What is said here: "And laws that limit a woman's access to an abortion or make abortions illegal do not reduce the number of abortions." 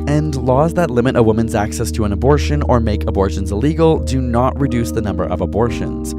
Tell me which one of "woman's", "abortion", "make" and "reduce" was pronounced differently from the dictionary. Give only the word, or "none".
none